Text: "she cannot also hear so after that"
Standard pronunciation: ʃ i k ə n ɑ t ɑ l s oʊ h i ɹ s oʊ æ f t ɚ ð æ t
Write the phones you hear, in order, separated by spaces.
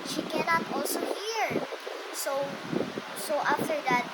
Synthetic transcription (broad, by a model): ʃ i k ə n ɑ t ɑ l s oʊ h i ɹ s oʊ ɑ f t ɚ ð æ t